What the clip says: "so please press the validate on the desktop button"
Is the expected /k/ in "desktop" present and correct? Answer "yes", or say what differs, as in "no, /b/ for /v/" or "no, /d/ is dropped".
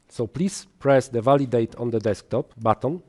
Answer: yes